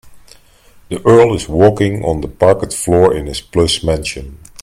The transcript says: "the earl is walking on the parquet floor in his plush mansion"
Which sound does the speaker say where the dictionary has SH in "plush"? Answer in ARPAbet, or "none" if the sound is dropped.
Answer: S